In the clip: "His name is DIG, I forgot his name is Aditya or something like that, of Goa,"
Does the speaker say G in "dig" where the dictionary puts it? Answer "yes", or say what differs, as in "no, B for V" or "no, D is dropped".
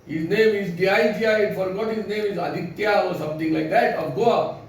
no, G is dropped